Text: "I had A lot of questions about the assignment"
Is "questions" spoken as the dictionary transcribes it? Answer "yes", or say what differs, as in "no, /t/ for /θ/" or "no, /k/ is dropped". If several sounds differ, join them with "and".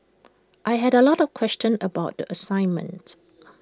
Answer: no, /z/ is dropped